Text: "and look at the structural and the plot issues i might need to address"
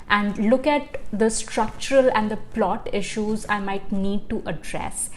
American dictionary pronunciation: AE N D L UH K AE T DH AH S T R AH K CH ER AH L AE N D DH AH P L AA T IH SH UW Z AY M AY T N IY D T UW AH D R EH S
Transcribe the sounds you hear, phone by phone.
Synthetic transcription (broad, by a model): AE N D L UH K AE T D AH S T R AH K CH ER AH L AE N D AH P L AA T IH SH UW Z AY M AY T N IY D T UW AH D R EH S